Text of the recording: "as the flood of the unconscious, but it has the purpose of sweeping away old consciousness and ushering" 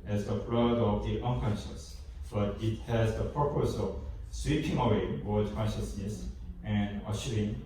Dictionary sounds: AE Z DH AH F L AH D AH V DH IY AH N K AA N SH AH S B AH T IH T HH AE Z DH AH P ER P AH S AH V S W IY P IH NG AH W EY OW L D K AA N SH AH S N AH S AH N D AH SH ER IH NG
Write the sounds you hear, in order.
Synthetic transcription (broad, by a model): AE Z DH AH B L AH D AH V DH IY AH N K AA N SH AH S B AH T IH T HH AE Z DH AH P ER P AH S AH V S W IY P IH NG AH W EY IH W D K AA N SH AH S N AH S AH N D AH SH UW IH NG